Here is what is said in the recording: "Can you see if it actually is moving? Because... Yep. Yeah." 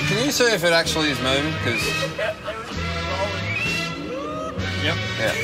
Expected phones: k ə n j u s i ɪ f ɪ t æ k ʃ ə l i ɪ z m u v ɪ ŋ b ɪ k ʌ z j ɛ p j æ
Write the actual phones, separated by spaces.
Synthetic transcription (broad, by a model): k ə n j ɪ s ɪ ɪ f ɪ t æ k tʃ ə l i ɪ z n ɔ ɪ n k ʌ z j ɛ p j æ